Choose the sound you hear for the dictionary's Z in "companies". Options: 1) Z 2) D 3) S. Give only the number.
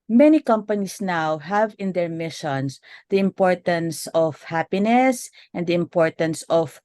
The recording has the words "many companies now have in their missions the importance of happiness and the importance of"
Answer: 3